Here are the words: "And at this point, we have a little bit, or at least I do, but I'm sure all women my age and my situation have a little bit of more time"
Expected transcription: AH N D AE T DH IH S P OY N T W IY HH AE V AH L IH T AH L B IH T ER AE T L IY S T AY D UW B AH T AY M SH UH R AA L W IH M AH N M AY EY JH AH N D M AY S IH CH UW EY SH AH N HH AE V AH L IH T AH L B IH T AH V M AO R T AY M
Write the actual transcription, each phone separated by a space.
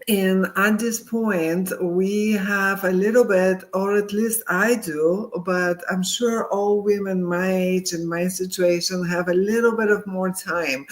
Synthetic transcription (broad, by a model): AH N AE T DH IH S P OY N T W IY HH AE V AH L IH T L B IH T ER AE T L IY S T AY D UW B AH T AY M SH UH R AA L W IH M AH N M AY EY JH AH N M AY S IH CH UW EY SH AH N HH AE V AH L IH T L B IH T AH V M AO R T AY M